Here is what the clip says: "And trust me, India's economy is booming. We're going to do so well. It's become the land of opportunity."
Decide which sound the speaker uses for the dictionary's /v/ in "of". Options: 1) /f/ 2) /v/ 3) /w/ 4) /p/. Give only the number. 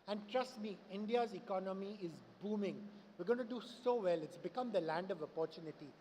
2